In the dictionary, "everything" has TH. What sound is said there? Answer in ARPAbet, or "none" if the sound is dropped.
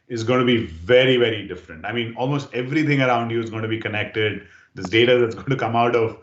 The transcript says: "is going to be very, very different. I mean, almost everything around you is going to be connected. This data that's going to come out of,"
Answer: T